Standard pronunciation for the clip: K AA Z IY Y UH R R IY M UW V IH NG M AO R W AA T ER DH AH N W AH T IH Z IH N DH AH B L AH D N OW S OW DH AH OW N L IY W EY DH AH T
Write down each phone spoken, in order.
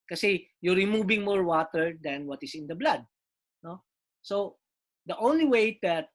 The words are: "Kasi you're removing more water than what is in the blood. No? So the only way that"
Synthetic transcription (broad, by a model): K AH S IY Y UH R R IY M UW B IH NG M AO R W AA T ER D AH N W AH T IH S IH N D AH B L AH D N OW S OW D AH OW N L IY W EY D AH T